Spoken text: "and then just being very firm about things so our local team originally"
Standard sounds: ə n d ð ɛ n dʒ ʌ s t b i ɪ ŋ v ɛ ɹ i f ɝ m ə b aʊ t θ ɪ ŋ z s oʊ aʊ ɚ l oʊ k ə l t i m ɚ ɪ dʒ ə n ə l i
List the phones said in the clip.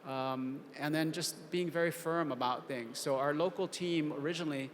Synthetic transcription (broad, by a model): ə n ð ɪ n dʒ ʌ s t b i ɪ ŋ v ɛ ɹ i f ɝ m ə b aʊ t θ ɪ ŋ z s oʊ aʊ ɚ l oʊ k l t i m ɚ ɪ dʒ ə n l i